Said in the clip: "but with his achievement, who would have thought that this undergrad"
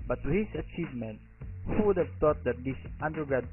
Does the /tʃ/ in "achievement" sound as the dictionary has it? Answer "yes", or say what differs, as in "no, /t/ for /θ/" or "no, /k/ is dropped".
yes